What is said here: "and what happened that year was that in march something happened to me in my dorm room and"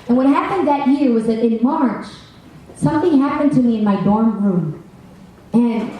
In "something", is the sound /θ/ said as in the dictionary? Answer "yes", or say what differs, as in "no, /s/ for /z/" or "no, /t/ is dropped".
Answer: yes